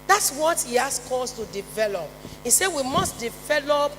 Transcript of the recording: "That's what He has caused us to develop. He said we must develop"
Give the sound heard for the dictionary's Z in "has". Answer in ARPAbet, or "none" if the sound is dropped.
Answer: S